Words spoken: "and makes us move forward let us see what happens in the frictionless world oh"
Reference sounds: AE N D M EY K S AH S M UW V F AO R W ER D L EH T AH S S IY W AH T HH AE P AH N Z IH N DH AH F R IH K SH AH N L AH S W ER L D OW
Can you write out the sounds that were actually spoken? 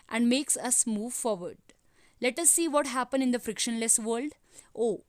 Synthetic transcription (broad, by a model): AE N D M EY K S AH S M UW V F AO R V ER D L EH T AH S S IY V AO T HH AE P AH N IH N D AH F R IH K SH AH N L AH S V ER L D OW